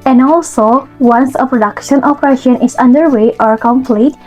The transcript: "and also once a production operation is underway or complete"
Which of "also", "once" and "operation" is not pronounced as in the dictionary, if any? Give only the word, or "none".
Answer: operation